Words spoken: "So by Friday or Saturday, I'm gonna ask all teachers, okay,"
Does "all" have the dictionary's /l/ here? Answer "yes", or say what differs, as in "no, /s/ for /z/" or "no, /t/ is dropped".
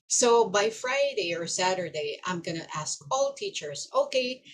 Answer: yes